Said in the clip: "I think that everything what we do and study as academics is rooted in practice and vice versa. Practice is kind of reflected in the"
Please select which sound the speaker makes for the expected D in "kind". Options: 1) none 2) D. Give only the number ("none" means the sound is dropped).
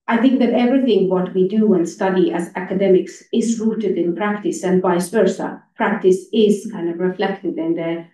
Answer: 2